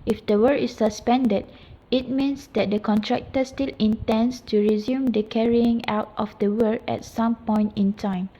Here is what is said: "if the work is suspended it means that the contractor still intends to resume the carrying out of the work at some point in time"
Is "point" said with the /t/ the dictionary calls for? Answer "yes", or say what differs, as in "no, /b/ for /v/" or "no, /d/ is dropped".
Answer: yes